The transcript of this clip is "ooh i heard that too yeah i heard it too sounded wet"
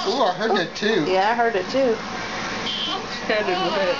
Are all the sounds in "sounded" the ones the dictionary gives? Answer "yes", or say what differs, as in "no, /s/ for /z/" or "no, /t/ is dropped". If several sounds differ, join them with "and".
no, /n/ is dropped